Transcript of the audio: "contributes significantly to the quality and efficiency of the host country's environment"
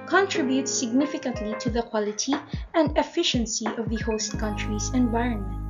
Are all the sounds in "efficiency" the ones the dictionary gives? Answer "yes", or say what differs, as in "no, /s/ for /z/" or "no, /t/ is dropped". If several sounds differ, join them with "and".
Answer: yes